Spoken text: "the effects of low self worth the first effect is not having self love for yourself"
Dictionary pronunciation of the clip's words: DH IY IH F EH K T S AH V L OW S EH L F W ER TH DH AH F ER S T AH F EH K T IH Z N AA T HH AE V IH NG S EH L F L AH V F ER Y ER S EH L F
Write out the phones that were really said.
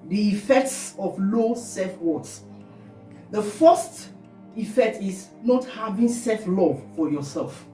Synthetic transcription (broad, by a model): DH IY IH F EH K T S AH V L OW S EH F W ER S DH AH F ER S T AH F EH K T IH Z N AA T HH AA V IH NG S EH F L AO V F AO Y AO S EH L F